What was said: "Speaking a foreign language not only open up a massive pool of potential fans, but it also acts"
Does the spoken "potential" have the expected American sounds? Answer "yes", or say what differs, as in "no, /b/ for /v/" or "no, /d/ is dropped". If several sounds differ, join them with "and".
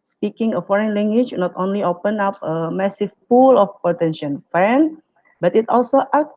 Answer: no, /n/ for /l/